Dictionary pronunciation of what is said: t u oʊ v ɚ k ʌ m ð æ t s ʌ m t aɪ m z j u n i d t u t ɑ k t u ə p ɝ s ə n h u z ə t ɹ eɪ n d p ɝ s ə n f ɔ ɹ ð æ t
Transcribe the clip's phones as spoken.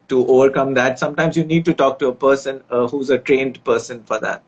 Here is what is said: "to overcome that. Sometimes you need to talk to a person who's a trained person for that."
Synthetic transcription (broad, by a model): t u oʊ v ɚ k ʌ m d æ t s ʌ m t aɪ m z j u n i d t u t ɑ k t u ə p ɝ s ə n h u z ə t ɹ eɪ n d p ɝ s ə n f ɔ ɹ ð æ t